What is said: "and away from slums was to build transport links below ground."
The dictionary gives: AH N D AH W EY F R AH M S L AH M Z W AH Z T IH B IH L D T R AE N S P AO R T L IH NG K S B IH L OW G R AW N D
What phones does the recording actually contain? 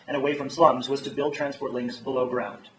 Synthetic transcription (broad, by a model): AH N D AH W EY F R AH M S L AH M Z W AH Z T IH B IH L D T R AE N S P AO R T L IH NG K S B IH L OW G R AW N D